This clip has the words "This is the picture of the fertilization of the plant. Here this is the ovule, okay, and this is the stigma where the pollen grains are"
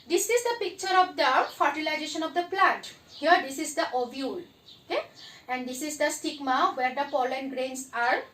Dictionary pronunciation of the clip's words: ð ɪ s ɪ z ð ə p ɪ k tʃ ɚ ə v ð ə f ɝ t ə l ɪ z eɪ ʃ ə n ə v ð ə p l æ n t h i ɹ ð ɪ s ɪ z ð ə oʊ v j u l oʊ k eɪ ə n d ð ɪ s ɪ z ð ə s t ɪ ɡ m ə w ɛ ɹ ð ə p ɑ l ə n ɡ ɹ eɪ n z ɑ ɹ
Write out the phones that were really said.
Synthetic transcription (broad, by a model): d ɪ s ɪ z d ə p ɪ k tʃ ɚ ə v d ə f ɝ t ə l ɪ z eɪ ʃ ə n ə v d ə p l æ t h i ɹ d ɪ s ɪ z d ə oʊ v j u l oʊ k eɪ ə n d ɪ s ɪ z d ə s t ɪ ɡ m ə w ɛ ɹ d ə p ɑ l ə n ɡ ɹ eɪ n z ɑ ɹ